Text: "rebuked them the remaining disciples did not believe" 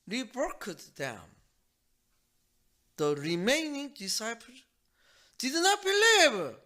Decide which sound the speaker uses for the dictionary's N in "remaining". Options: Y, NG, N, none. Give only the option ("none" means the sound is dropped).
N